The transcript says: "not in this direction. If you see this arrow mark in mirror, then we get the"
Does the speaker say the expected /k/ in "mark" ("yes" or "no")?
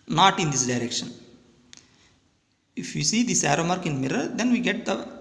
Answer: yes